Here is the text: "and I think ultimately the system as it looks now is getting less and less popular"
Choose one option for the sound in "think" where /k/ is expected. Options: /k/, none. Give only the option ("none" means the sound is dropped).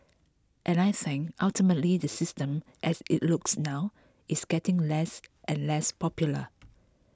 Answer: none